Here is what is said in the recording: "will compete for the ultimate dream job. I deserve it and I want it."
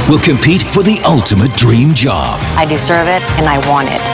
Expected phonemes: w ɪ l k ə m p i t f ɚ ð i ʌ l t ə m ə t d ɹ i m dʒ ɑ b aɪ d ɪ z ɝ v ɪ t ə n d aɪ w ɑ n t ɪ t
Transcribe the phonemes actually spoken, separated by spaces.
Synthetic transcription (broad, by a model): w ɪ l k ə m p i t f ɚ ð i ʌ l t ə m ə t d ɹ i m dʒ ɑ b aɪ d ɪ s ɝ v ɪ t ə n aɪ w ɑ n t ɪ t